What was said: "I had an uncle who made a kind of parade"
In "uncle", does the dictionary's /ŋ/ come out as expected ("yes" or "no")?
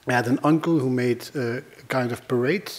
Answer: yes